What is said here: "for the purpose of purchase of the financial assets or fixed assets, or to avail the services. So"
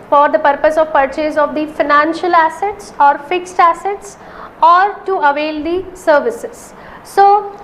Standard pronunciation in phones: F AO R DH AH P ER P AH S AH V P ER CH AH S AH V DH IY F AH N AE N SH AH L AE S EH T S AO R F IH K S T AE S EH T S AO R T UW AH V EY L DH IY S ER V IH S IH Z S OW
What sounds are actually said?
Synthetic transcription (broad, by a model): F AO R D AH P ER P AH S AH V P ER CH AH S AH V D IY F AH N AE N SH AH L AE S EH T S AO R F IH K S T AE S EH T S AO R T UW AH V EY L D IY S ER V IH S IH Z S OW